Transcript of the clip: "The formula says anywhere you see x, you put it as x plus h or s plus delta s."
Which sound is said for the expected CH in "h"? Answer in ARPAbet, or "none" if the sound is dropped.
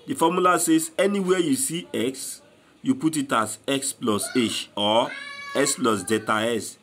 SH